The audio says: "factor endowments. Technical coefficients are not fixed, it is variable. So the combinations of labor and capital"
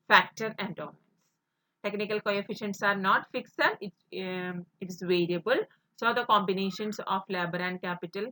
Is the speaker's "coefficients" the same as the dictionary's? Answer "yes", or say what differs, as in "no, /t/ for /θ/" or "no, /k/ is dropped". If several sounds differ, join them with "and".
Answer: yes